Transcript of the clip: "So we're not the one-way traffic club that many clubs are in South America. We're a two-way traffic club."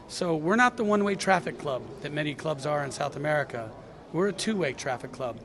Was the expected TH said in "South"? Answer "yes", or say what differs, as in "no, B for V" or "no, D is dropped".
yes